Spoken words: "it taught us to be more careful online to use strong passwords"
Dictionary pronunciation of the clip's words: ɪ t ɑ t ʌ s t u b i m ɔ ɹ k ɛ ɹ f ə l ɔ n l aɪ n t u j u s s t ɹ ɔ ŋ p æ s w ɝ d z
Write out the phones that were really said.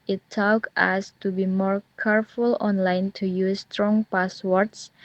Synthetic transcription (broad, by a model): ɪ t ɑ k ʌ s t u b i m ɔ ɹ k ɛ ɹ f ə l ɔ n l aɪ n t u j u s s t ɹ ɔ ŋ p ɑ s w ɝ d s